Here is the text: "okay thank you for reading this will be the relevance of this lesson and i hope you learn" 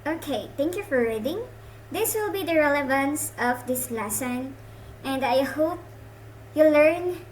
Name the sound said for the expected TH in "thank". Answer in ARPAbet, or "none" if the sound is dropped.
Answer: T